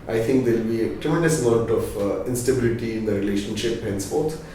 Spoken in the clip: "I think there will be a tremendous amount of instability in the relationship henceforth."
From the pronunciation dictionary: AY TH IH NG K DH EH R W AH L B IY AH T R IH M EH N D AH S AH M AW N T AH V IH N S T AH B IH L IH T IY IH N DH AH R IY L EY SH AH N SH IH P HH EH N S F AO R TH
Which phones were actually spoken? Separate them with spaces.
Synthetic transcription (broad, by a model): AY T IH NG K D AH L B IY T R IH M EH N D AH S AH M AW T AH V IH N S T AH B IH L IH T IY IH N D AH R IY L EY SH AH N SH IH P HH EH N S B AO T